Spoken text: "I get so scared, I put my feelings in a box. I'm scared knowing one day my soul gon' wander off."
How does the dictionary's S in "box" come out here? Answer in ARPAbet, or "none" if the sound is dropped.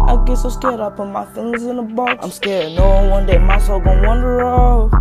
none